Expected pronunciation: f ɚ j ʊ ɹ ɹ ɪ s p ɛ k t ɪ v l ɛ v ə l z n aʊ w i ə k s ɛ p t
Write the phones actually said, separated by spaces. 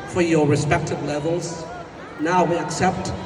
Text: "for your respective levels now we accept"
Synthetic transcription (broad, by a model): f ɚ j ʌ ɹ ɹ ɪ s p ɛ k t ɪ v l ɛ v ə l z n aʊ w i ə k s ɛ p t